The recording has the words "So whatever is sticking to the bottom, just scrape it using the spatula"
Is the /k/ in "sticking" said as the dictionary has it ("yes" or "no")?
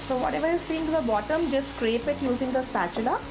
no